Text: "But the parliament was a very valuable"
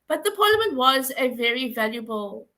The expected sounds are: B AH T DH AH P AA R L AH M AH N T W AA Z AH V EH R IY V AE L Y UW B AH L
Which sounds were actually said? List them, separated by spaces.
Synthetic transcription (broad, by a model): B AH T DH AH P AA L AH M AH N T W AA Z AH V EH R IY V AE L Y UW B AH L